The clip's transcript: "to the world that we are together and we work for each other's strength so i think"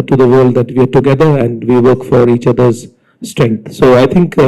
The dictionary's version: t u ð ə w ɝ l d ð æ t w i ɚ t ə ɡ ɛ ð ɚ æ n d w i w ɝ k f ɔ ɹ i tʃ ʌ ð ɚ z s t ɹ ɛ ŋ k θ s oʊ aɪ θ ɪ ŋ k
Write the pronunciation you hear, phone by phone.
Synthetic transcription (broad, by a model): t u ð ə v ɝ l d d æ t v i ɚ t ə ɡ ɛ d ɚ æ n d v i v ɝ k f ɔ ɹ i tʃ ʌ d ɚ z s t ɹ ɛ ŋ k t s oʊ aɪ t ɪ ŋ k